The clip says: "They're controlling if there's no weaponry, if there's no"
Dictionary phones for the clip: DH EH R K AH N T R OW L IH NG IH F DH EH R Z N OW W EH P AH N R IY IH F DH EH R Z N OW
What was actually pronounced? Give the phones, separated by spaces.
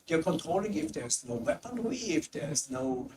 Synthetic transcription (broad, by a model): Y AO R K AH N T R OW L IH NG IH F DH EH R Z N OW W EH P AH N W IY IH F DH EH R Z N OW